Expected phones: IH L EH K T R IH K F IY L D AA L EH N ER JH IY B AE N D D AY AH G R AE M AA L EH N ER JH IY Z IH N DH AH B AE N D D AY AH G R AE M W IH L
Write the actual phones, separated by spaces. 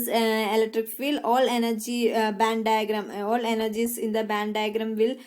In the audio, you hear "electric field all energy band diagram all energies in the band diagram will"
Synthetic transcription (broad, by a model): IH L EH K T R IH K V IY L AA L EH N ER JH IY B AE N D D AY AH G R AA M AA L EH N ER JH IY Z IH N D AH B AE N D D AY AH G R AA M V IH L